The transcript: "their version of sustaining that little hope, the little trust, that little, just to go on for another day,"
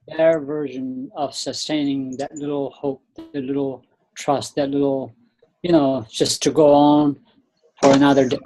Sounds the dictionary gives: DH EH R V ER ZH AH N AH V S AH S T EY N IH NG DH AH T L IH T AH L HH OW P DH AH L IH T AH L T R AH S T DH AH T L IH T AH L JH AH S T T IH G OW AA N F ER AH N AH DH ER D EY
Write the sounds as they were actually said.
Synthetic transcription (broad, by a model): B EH R V ER ZH AH N AH V S AH S T EY N IH NG DH AH T L IH T L HH OW P DH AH L IH T L T R AH S T DH AH T L IH T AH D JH AH S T T IH G OW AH N F ER AH N AH DH ER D